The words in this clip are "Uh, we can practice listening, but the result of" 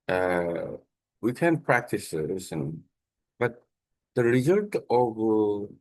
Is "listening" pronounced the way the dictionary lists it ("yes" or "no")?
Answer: no